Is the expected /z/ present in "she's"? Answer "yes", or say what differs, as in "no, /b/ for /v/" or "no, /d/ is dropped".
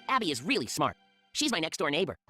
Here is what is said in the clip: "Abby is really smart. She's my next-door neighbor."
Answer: yes